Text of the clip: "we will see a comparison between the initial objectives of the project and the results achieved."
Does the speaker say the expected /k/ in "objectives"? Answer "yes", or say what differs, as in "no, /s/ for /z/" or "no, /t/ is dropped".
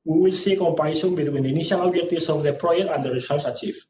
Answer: no, /k/ is dropped